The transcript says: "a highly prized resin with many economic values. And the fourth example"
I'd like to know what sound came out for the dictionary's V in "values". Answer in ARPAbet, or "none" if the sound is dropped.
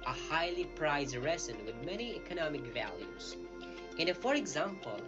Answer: V